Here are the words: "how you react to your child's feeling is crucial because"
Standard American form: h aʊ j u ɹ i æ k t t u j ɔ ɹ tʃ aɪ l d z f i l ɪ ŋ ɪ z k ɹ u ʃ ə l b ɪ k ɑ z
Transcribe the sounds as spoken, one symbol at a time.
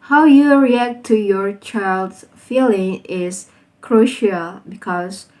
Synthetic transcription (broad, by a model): h aʊ j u ɹ i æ k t t u j ɔ ɹ tʃ aɪ l d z f i l ɪ ŋ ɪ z k ɹ u ʃ ə l b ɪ k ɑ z